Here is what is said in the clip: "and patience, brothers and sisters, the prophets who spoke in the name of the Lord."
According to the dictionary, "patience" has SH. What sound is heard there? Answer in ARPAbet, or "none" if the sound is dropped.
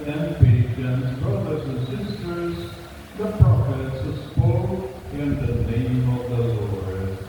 none